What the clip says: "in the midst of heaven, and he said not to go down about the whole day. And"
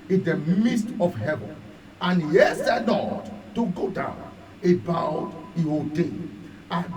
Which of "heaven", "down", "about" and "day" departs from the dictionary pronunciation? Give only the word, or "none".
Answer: none